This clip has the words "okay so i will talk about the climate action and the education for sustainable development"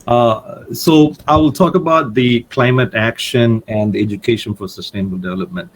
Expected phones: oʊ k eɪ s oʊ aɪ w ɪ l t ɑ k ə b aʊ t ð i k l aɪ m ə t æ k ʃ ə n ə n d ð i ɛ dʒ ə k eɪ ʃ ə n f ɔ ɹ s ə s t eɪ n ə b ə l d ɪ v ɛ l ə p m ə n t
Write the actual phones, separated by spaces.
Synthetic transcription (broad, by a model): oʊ s oʊ aɪ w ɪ l t ɑ k ə b aʊ t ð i k l aɪ m ə t æ k ʃ ə n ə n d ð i ɛ dʒ ə k eɪ ʃ ə n f ɔ ɹ s ə s t eɪ n ə b ə l d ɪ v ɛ l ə p m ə n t